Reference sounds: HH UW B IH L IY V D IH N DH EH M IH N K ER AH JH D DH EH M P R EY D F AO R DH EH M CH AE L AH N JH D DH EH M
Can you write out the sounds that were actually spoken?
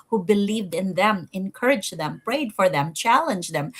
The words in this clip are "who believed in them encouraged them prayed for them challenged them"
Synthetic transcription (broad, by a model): HH UW B IH L IY V D IH N DH EH M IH N K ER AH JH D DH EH M P R EY D F AO R DH EH M CH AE L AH N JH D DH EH M